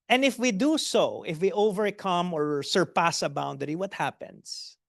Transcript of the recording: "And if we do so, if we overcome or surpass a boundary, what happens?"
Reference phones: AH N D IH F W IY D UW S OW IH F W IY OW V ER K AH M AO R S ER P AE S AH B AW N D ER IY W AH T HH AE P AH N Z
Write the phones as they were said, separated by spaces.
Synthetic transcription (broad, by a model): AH N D IH F W IY D UW S OW IH F W IY OW V ER K AH M AO R S ER P AE S AH B AW N D ER IY W AH T HH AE P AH N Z